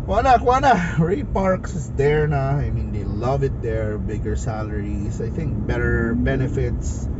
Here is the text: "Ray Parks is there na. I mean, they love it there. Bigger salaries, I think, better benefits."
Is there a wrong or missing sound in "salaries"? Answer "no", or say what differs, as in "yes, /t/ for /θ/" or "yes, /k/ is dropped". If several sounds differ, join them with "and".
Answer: yes, /s/ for /z/